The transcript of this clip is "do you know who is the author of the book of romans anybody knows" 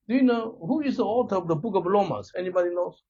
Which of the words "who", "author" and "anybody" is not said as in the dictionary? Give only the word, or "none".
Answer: author